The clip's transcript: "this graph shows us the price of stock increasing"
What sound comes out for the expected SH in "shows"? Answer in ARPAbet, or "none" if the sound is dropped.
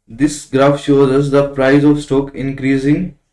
SH